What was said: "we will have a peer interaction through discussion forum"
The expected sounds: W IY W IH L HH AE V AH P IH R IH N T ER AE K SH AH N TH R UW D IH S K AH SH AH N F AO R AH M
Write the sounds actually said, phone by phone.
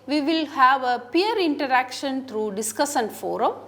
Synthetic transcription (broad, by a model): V IY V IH L HH AE V AH P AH R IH N T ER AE K SH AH N T R UW D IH S K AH S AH N F AO R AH M